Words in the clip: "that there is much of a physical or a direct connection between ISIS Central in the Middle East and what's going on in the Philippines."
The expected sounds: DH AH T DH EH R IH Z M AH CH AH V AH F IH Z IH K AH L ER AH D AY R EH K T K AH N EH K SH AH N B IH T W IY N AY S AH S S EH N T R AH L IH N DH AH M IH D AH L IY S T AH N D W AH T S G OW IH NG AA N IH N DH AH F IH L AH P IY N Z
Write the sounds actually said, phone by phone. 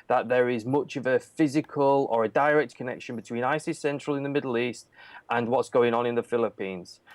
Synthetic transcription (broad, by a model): DH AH T DH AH R IH Z M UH CH AH V AH F IH Z IH K AH L ER AH D AY R EH K T K AH N EH K SH AH N B IH T W IY N AY S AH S S EH N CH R AH L IH N DH AH M IH D L IY S T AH N W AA T S G OW IH NG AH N IH N DH AH F IH L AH P IY N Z